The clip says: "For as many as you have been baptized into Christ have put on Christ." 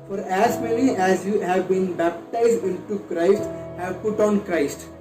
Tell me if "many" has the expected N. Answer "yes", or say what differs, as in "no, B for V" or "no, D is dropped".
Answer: no, L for N